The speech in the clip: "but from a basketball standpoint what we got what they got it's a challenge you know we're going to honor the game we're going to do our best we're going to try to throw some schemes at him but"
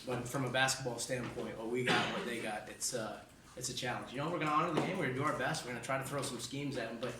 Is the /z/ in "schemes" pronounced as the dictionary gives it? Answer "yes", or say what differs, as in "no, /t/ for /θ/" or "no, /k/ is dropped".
yes